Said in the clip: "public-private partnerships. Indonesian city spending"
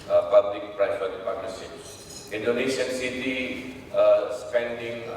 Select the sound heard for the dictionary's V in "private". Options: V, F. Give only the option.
F